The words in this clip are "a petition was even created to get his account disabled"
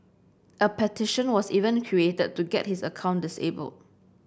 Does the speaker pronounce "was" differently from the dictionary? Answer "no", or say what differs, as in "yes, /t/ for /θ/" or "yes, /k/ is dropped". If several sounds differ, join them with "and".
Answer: yes, /s/ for /z/